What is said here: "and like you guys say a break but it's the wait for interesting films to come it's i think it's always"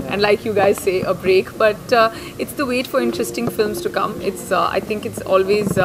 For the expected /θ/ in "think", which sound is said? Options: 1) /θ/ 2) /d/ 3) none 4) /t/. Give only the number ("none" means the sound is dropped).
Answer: 4